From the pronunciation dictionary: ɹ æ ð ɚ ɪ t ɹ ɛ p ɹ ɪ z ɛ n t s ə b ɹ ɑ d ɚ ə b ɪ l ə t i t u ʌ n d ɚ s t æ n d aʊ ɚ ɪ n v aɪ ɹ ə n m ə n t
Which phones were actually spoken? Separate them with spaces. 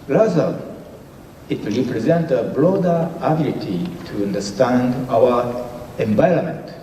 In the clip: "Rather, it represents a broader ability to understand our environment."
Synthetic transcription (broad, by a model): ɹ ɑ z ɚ ɪ t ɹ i p ɹ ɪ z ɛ n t ə b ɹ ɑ d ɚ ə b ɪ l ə t i t u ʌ n d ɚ s t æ n d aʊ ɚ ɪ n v aɪ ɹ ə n m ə n t